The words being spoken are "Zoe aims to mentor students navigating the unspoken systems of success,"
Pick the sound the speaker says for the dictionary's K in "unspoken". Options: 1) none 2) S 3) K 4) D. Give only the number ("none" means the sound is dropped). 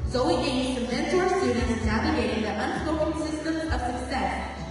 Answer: 1